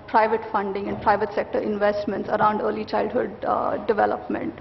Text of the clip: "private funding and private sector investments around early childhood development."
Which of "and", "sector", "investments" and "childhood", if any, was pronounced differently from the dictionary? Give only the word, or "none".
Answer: none